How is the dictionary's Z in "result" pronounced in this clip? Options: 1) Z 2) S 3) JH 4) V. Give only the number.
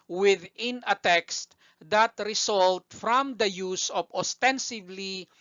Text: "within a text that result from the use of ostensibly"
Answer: 2